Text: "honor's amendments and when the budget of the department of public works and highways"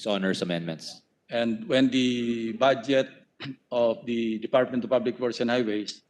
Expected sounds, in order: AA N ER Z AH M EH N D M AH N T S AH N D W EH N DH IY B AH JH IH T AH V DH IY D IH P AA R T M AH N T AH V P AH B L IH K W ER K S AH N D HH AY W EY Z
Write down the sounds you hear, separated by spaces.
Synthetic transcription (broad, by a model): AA N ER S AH M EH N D M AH N T S AH N D W EH N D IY B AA JH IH T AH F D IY D IH P AA R T M AH N T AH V P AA B L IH K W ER S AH N HH AY W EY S